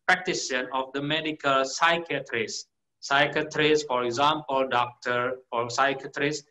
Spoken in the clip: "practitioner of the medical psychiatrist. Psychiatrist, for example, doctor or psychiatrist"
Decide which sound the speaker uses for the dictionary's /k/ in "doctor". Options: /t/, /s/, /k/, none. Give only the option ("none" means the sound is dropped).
/k/